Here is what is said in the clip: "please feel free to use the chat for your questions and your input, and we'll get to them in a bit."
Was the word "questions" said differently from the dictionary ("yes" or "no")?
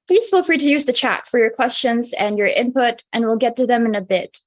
no